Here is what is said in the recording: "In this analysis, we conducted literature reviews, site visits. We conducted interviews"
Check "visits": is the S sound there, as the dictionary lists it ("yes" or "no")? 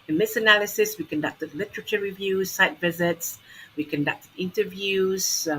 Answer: yes